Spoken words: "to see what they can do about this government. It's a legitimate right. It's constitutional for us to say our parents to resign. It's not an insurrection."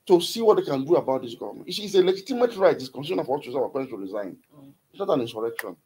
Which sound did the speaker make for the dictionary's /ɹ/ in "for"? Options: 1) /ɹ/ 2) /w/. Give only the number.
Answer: 2